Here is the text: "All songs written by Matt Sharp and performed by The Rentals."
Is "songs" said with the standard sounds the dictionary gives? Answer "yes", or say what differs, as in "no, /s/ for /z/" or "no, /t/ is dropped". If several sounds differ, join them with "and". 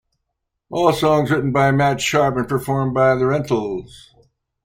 yes